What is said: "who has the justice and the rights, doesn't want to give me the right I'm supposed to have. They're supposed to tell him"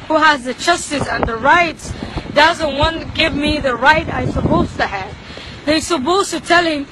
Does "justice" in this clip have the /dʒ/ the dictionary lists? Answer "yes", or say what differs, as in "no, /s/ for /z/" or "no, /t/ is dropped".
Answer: no, /tʃ/ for /dʒ/